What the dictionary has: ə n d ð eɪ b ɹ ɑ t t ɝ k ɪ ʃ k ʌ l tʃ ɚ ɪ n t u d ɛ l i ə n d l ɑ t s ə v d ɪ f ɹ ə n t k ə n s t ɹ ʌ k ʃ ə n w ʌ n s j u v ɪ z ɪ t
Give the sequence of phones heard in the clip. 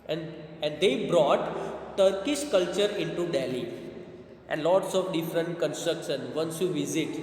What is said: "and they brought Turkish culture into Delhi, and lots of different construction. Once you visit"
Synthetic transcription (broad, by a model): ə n d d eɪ b ɹ ɑ t t ɝ k ɪ ʃ k ʌ l tʃ ɚ ɪ n t u d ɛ l i ə n d l ɑ t s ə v d ɪ f ɹ ə n t k ə n s t ɹ ʌ k ʃ ə n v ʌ n s j u v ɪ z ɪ t